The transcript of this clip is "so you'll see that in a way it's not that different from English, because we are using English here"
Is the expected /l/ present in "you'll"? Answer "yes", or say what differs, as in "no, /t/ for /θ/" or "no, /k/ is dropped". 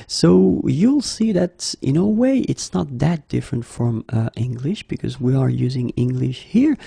yes